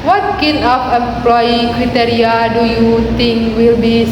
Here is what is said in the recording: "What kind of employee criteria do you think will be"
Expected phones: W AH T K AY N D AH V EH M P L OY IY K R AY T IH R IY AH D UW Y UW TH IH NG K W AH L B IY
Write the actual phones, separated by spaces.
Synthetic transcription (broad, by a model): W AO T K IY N AH F EH M P L OY IY K R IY T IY R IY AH D UW Y UW T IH NG K W AH L B IY